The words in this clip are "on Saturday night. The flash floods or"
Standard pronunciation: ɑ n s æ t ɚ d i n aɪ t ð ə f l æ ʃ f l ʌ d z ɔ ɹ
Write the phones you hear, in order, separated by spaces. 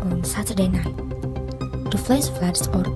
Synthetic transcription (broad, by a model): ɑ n s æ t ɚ d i n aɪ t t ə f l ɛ s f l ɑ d s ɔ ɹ